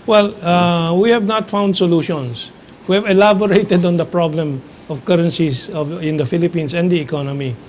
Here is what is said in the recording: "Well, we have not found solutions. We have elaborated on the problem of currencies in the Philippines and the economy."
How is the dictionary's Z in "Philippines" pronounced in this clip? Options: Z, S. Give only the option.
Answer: S